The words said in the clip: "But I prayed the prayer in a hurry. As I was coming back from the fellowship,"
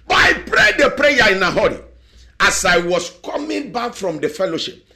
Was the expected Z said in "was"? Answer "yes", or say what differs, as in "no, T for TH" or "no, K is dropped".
no, S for Z